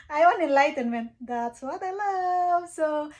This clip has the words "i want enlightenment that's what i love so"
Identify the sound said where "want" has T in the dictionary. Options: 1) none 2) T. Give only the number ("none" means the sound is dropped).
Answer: 1